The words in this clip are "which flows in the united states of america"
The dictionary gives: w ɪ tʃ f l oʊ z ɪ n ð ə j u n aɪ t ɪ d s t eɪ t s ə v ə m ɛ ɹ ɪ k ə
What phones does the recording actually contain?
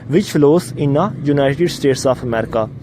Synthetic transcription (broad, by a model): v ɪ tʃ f l oʊ s ɪ n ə j u n aɪ t ɪ d s t eɪ t s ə p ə m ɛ ɹ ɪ k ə